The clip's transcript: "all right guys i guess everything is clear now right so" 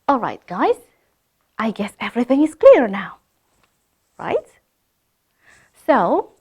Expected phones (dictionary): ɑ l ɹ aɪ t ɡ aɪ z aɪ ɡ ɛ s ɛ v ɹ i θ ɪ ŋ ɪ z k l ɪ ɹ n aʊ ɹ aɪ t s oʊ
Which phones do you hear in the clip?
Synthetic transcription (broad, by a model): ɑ l ɹ aɪ t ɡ aɪ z aɪ ɡ ɛ s ɛ v ɹ i θ ɪ ŋ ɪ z k l ɪ ɹ n aʊ ɹ aɪ t s oʊ